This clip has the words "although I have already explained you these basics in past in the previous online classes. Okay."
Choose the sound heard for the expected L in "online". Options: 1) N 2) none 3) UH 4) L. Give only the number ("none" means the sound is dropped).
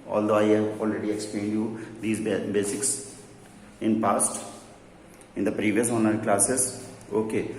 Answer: 2